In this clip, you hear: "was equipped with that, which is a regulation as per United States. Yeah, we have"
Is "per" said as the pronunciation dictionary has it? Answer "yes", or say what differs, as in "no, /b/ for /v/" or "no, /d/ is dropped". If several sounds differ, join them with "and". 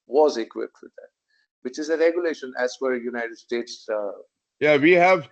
no, /f/ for /p/